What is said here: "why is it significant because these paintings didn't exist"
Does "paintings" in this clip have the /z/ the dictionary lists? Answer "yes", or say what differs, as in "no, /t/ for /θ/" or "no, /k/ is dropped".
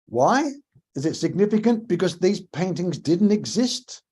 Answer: yes